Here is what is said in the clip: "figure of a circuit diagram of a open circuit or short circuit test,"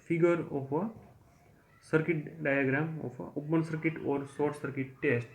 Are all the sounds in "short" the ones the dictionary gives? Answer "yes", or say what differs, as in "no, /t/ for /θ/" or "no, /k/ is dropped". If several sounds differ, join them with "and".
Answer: no, /s/ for /ʃ/